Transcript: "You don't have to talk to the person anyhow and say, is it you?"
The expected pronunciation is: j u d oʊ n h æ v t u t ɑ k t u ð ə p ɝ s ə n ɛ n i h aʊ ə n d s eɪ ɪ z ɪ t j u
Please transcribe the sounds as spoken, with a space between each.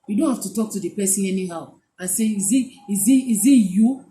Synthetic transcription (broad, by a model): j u d oʊ n h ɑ f t u t ɑ k t u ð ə p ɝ s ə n ɛ n i h aʊ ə n s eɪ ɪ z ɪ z j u